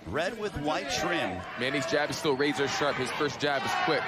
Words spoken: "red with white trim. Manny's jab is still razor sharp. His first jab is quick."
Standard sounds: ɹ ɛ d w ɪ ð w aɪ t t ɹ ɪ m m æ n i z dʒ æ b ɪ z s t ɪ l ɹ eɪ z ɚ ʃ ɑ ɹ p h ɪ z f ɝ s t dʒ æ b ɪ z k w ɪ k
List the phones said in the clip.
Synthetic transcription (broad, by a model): ɹ ɛ d w ɪ ð w aɪ t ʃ ɹ ɪ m m æ n i z dʒ æ b ɪ z s t ɪ l ɹ eɪ z ɚ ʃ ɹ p h ɪ z f ɝ s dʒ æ b ɪ z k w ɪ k